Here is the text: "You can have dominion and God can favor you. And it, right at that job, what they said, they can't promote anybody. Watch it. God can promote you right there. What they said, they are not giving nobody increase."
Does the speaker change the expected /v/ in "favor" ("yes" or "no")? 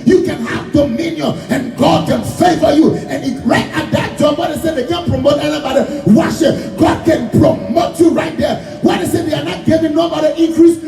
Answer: yes